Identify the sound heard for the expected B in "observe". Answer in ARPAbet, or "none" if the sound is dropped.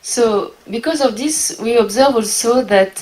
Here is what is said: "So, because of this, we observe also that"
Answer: B